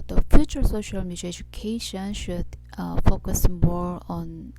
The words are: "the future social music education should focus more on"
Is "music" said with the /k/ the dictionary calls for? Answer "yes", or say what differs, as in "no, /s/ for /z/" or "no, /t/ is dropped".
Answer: no, /k/ is dropped